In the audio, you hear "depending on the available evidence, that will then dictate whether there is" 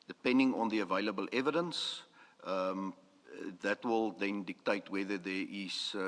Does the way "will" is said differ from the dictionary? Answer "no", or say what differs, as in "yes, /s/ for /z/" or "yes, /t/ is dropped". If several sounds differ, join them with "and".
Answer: no